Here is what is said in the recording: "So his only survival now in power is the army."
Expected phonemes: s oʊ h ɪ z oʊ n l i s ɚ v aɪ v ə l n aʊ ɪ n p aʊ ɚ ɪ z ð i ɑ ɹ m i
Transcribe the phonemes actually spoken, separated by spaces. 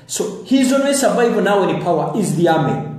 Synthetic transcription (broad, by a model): s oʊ h ɪ z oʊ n w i s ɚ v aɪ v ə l n aʊ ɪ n p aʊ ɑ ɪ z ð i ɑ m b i